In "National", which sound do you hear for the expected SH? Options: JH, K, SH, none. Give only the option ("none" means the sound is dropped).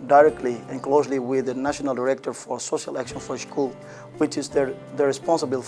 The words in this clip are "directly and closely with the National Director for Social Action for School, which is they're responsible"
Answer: SH